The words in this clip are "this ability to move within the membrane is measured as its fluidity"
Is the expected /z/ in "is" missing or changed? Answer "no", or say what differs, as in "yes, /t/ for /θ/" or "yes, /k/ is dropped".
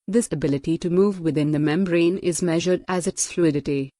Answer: no